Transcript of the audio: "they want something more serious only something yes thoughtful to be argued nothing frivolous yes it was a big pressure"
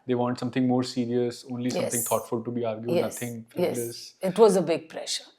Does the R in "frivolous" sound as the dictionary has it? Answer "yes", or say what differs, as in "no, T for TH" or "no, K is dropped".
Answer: no, R is dropped